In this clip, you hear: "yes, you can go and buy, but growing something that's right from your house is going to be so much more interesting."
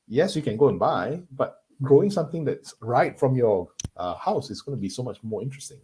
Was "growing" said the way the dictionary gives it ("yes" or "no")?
no